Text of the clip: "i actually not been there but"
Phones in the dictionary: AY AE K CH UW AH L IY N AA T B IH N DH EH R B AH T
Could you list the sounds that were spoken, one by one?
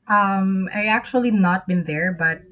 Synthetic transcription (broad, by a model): AY AE K CH UW AH L IY N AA T B IH N DH EH R B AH T